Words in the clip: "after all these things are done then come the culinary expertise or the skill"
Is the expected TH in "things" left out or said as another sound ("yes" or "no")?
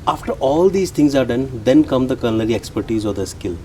yes